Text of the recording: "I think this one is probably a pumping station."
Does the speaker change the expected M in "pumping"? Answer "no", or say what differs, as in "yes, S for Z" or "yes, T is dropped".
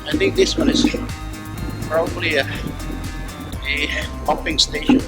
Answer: yes, M is dropped